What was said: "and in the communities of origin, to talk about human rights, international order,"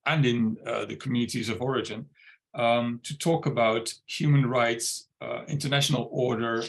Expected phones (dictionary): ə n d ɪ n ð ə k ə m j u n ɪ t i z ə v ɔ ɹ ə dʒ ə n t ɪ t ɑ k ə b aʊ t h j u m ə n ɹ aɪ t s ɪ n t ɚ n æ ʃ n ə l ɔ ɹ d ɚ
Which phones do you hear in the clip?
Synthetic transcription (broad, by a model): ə n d ɪ n ð ə k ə m j u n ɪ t i z ə v ɔ ɹ ə dʒ ə n t ɪ t ɑ k ə b aʊ t h j u m ə n ɹ aɪ t s ɪ n t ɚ n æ ʃ n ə l ɔ ɹ d ɚ